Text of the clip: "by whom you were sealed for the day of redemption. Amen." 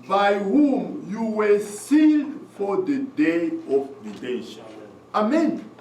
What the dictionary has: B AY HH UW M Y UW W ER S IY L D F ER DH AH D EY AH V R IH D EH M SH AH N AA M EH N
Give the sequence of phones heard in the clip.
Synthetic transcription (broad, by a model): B AY HH UW M Y UW W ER S IY L D F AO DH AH D EY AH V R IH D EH SH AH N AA M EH N